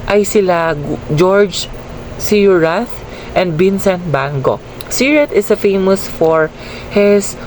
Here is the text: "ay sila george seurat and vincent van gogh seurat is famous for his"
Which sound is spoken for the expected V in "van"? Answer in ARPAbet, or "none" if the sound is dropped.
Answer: B